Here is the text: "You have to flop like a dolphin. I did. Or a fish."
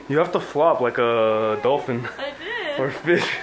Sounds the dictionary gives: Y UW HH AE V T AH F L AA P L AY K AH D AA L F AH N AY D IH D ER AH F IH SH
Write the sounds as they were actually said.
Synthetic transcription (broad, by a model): Y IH HH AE F T AH F L AA P L AY K AH D AA L F AH N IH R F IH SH